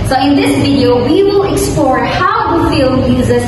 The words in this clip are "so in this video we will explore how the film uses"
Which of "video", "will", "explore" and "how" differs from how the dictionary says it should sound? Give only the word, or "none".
none